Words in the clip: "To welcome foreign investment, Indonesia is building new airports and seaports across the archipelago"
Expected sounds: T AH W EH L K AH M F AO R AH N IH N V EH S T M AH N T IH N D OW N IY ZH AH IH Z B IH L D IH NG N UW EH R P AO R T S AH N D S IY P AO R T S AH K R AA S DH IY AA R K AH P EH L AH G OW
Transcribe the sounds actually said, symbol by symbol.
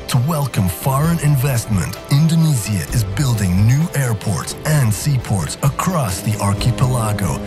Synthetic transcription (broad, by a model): T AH W EH L K AH M F AO R AH N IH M V EH S T M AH N T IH N D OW N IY Z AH IH Z B IH L D IH NG N UW EH R P AO R T S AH N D S IY P AO R T S AH K R AA S DH IY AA R K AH P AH L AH G OW